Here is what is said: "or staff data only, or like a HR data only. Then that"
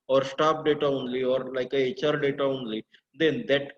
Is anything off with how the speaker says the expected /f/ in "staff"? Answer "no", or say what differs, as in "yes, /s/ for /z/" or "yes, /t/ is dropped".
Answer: yes, /p/ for /f/